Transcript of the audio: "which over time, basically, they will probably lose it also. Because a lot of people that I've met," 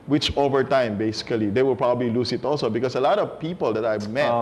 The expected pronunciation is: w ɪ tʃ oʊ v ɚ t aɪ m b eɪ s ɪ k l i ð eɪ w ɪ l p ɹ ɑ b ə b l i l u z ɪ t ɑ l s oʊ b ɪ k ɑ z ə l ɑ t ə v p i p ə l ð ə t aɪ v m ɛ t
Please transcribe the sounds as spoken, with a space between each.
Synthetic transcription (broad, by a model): w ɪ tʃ oʊ v ɚ t aɪ m b eɪ s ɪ k l i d eɪ w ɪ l p ɹ ɑ b ə b l i l u s ɪ t ɑ l s oʊ b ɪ k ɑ s ə l ɑ t ə v p i p ə l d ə t aɪ m ɛ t